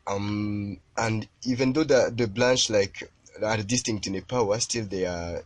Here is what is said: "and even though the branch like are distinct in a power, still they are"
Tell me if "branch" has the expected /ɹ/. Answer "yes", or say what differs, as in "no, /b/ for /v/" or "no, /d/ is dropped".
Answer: no, /l/ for /ɹ/